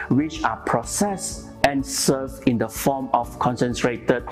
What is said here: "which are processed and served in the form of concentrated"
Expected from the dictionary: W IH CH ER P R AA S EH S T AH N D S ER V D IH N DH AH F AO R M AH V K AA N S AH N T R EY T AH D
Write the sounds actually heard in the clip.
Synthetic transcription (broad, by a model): W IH CH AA P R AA S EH S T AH N S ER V IH N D AH F AO M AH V K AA N S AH N T R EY T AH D